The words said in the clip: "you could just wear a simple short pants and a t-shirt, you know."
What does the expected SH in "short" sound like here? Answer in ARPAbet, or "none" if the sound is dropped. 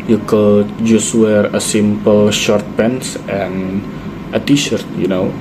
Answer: SH